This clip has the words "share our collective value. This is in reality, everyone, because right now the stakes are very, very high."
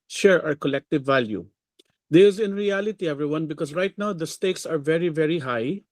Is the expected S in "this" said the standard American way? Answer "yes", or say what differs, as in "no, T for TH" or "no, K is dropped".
no, S is dropped